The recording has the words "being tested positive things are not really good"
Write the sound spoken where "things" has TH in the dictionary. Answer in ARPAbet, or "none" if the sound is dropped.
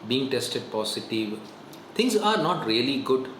T